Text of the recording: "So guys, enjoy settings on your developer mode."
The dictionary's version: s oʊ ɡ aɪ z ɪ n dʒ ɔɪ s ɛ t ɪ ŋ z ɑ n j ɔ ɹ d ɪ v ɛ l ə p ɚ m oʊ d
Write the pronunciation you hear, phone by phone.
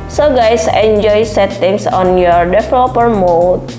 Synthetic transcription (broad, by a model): s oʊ ɡ aɪ s ɪ n dʒ ɔɪ s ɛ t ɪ ŋ s ɑ n j ɔ ɹ d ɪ f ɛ l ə p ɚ m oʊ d